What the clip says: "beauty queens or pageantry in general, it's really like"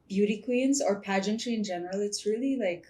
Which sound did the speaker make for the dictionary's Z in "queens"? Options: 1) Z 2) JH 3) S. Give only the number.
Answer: 1